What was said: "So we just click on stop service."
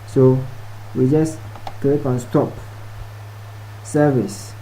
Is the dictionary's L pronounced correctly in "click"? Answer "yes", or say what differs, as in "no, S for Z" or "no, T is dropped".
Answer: no, L is dropped